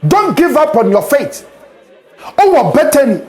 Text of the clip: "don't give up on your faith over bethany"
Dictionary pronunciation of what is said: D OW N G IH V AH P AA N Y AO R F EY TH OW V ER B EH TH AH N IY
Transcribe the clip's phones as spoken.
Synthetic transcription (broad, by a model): D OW N G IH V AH P AA N Y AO F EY T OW ER B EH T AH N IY